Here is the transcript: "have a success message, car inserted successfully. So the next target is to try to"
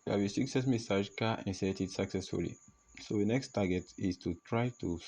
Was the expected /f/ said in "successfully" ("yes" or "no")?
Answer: yes